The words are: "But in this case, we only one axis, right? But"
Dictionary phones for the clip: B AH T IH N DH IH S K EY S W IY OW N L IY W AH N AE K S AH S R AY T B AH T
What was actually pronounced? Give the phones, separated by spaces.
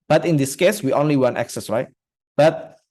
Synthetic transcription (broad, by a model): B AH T IH N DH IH S K EY S W IY OW N L IY W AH N AE K S AH S R AY T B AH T